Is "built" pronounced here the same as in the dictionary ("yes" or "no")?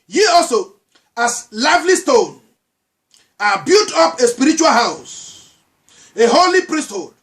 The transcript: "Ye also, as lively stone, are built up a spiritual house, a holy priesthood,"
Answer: no